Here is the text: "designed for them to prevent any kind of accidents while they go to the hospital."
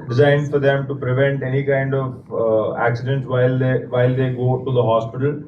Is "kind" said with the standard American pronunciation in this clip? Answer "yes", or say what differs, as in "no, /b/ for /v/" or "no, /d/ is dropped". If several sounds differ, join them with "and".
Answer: yes